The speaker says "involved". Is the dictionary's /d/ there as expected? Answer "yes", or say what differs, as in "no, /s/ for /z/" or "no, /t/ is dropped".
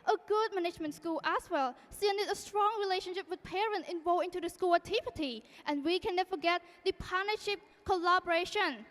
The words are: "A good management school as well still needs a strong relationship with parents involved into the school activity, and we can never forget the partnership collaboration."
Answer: no, /d/ is dropped